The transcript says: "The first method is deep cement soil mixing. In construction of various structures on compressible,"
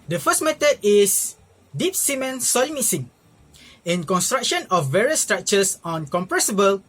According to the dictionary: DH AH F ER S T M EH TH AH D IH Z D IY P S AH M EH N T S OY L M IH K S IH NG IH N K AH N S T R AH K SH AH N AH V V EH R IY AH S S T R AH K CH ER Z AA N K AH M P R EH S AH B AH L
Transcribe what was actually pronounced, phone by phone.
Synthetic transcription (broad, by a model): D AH F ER S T M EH T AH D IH S D IY P S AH M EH N S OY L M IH S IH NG IH N K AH N S T R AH K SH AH N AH F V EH R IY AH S S T R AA K CH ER S AA N K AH M P R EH S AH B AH L